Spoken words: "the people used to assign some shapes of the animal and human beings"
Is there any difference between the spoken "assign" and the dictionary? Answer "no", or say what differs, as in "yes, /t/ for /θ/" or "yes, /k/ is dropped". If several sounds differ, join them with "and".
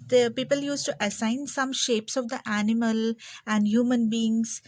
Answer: no